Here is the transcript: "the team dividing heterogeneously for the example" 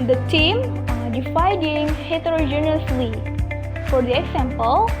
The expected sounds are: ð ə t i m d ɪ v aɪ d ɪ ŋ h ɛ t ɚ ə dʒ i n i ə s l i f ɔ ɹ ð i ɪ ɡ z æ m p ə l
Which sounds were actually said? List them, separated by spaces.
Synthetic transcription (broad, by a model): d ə t i m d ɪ f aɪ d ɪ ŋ h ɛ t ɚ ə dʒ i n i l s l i f ɔ ɹ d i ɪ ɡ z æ m p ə l